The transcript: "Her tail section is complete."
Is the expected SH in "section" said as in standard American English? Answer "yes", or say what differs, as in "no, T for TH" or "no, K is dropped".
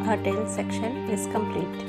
yes